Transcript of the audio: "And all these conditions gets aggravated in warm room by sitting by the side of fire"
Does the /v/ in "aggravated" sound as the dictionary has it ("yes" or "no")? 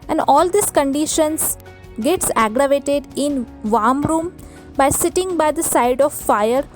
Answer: yes